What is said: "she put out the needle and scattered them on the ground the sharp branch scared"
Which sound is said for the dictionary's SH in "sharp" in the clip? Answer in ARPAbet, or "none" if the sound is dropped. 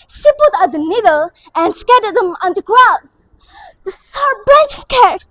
S